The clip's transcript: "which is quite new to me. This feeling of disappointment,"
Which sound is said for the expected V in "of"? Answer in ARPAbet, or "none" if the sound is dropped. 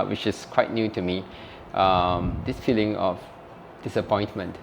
F